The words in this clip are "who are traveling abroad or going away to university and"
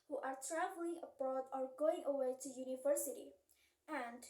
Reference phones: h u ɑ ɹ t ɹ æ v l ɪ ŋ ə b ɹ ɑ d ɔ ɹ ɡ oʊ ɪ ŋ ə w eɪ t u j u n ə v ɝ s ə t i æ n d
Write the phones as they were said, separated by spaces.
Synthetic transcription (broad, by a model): h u ɑ ɹ t ɹ æ v l ɪ ŋ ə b ɑ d ɔ ɹ ɡ oʊ ɪ ŋ ə w eɪ t u j u n ə v ɝ s ə t i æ n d